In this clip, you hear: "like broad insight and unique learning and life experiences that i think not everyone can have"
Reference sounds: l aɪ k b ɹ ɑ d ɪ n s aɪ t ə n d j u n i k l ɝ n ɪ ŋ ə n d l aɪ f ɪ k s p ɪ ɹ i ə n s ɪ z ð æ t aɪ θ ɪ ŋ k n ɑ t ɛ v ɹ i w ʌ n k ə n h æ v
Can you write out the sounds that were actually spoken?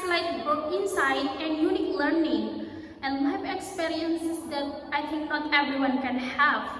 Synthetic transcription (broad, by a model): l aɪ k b ʊ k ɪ n s aɪ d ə n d j u n i k l ɝ n ɪ ŋ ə n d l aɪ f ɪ k s p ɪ ɹ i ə n s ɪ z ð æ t aɪ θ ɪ ŋ k n ɑ t ɛ v ɹ i w ʌ n k ə n h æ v